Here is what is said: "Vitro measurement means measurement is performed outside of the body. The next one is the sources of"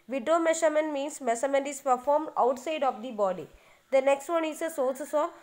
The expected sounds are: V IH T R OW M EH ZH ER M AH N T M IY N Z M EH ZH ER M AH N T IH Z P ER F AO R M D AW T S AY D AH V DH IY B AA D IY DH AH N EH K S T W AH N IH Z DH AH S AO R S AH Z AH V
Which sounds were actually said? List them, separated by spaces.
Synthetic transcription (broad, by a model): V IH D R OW M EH SH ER M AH N M IY N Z M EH S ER M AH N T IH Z P ER F AO R M D AW T S AY D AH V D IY B AA D IY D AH N EH K S T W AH N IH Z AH S AO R S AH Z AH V